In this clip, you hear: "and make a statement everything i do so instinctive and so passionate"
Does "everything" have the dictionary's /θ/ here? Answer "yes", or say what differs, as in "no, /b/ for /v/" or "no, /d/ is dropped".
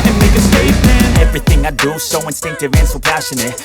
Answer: yes